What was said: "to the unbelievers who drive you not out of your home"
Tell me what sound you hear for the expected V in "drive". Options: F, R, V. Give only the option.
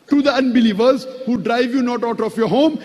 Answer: V